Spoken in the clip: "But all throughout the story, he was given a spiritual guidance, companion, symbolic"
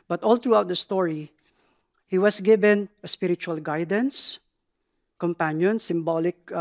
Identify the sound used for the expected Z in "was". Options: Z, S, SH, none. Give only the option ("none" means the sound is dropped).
S